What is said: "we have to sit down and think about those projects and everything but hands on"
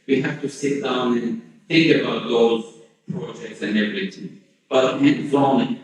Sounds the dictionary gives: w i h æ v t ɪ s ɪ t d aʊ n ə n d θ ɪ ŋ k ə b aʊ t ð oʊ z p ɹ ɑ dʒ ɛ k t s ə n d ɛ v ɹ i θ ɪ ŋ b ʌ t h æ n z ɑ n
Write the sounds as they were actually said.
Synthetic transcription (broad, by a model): w i h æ f t ɪ s ɪ t d aʊ n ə n θ ɪ ŋ k ə b aʊ t ð oʊ z p ɹ ɑ dʒ ɛ k t s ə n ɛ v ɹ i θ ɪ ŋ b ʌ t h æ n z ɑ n